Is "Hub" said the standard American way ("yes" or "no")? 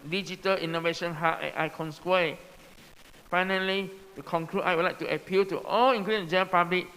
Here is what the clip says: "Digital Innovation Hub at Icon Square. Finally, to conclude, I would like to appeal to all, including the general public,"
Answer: no